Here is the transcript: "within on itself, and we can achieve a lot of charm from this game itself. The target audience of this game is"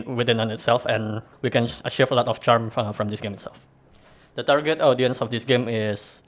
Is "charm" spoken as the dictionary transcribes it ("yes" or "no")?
yes